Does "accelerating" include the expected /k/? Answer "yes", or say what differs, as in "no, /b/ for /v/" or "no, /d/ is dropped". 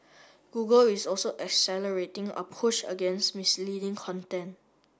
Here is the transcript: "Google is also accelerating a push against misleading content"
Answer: yes